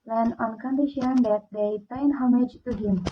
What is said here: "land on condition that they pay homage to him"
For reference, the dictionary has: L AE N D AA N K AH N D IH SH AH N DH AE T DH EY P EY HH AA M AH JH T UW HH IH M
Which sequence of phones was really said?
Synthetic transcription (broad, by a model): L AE N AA N K AH N D IH SH AH N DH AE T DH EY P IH HH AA M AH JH T UW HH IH M